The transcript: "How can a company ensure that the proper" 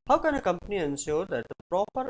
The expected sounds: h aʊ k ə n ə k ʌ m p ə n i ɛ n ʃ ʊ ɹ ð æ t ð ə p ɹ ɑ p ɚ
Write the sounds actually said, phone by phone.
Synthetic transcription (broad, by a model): h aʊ k ə n ə k ʌ m p ə n i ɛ n s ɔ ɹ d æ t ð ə p ɹ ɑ p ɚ